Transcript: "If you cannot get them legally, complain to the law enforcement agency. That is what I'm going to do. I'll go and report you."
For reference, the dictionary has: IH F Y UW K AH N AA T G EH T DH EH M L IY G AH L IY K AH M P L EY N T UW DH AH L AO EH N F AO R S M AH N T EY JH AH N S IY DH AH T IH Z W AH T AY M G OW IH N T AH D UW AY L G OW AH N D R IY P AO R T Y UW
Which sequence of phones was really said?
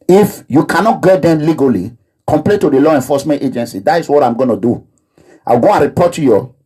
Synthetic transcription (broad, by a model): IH F Y UW K AH N AA T G EH T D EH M L IY G AH L IY K AH M P L EY N T UW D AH L AO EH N F AO S M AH N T EY JH AH N S IY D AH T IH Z W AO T AY M G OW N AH D UW AY W G OW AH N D R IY P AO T Y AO